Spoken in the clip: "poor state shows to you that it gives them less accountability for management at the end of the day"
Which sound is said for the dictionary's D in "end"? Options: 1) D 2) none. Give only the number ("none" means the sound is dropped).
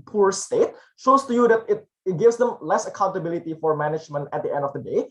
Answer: 1